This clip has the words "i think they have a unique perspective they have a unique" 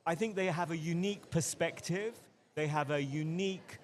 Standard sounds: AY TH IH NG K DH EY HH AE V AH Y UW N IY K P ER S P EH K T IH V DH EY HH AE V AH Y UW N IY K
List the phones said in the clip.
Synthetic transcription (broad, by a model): AY TH IH NG K DH EY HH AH V AH Y UW N IY K P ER S P EH K T IH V DH EY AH V AH Y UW N IY K